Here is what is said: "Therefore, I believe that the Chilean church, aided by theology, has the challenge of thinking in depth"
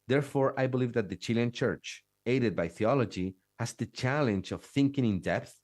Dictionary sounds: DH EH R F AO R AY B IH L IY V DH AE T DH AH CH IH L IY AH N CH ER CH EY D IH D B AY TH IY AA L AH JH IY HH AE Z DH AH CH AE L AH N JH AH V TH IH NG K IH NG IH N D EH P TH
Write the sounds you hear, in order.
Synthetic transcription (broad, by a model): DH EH R F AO R AY B IH L IY V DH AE T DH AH CH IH L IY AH N CH ER CH EY D IH D B AY TH IY AA L AH JH IY HH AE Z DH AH CH AE L AH N JH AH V TH IH NG K IH NG IH N D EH P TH